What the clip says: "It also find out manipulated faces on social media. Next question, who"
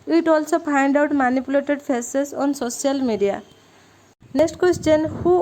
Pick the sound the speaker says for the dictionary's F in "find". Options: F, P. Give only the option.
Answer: P